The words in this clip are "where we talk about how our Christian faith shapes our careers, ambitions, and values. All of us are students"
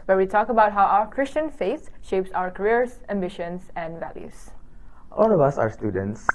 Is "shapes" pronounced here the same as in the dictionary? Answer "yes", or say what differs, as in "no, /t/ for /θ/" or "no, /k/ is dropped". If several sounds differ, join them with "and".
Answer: yes